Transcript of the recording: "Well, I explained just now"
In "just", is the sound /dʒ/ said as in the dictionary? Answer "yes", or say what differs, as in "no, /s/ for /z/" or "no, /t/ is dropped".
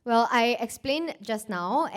yes